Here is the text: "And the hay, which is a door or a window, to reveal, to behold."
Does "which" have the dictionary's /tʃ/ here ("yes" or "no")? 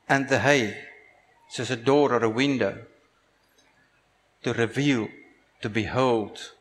no